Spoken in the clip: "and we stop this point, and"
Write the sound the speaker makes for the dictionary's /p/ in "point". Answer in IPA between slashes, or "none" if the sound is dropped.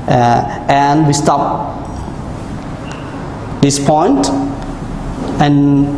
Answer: /p/